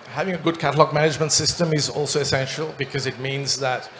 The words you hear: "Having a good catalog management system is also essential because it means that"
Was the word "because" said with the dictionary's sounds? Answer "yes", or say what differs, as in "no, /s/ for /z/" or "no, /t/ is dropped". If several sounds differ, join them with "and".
yes